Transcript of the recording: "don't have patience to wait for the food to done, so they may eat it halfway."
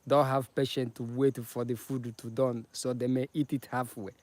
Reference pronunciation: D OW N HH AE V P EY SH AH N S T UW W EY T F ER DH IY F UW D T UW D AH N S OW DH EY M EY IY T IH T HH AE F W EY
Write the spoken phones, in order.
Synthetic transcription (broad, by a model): D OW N HH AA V P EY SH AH N T UW W EY T F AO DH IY F UW D T UW D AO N S OW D EY M EY IY T IH T HH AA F W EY